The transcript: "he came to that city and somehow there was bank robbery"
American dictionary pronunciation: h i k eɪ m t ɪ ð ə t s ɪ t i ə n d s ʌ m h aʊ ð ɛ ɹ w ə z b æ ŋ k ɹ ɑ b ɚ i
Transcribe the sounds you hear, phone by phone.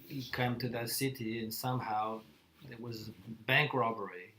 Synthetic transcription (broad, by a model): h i k eɪ m t ɪ ð ə t s ɪ t i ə n s ʌ m h aʊ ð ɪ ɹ w ə z b æ ŋ k ɹ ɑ b ɚ i